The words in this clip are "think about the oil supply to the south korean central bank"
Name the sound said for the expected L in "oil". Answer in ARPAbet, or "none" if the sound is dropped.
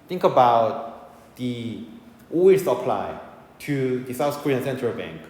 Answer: W